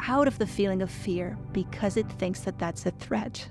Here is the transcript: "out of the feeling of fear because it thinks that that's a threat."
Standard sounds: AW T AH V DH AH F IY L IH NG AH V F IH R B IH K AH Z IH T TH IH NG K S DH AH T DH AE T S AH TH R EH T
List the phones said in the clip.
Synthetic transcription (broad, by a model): AW T AH V DH AH F IY L IH NG AH V F IH R B IH K AH Z IH T TH IH NG K S DH AH T DH AE T S AH TH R EH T